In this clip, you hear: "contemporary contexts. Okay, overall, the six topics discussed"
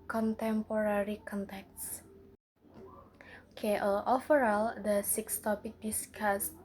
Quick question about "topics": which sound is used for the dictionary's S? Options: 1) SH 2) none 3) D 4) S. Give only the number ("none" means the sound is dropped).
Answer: 2